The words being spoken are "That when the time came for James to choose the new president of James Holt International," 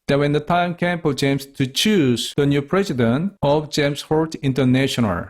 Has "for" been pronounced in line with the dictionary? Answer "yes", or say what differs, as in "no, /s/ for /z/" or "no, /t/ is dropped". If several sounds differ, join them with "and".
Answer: no, /p/ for /f/